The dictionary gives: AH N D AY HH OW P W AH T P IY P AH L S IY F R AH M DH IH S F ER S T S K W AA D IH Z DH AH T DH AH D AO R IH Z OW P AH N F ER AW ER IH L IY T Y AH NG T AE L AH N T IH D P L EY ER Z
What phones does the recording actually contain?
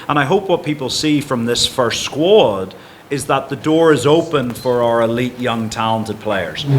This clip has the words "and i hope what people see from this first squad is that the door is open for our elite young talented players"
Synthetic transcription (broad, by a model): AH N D AY HH OW P W AH T P IY P AH L S IY F R AH M DH IH S F ER S T S K W AA D IH Z DH AH T DH AH D AO R IH Z OW P AH N F ER AW ER IH L IY T Y AH NG T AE L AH N T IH D P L EY ER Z